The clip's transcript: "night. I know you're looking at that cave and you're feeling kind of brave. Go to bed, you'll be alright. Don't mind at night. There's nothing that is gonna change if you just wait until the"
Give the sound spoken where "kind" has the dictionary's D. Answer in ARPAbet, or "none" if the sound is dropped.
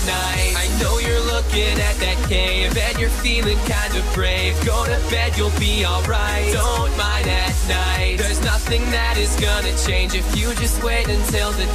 D